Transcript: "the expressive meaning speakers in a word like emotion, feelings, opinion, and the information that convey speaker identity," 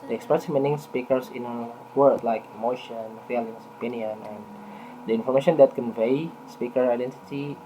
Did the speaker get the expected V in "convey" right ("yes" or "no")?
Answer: yes